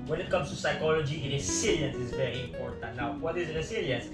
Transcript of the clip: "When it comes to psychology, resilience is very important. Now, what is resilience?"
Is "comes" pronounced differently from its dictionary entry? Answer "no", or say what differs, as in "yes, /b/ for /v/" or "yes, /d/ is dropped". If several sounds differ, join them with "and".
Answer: yes, /s/ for /z/